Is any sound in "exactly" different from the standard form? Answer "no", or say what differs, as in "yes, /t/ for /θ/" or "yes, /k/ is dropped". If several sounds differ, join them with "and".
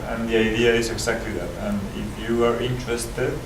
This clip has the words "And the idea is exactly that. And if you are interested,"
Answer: yes, /s/ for /z/